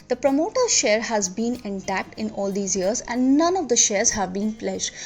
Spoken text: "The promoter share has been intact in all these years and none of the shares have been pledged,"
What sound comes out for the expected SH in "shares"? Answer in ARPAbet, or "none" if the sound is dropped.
SH